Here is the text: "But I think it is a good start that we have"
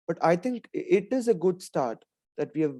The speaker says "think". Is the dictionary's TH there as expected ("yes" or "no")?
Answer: no